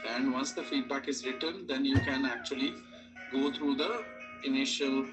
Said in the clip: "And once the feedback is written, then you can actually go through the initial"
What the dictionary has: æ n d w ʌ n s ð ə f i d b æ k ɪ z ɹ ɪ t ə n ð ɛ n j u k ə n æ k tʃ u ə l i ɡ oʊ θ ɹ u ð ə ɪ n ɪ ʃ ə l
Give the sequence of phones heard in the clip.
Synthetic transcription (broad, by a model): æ n d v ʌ n s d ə f i d b æ k ɪ z ɹ ɪ t ə n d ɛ n j u k ə n æ k tʃ u ə l i ɡ oʊ t ɹ u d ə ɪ n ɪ ʃ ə l